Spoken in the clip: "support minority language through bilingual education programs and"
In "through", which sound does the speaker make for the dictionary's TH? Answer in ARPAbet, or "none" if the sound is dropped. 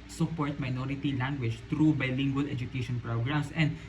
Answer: T